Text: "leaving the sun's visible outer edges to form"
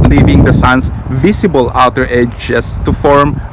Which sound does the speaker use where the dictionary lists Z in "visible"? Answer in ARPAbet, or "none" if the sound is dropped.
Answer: S